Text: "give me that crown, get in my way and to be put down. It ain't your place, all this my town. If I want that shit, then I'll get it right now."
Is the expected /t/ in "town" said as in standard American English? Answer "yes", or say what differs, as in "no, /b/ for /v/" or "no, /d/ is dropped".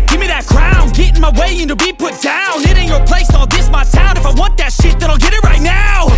no, /s/ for /t/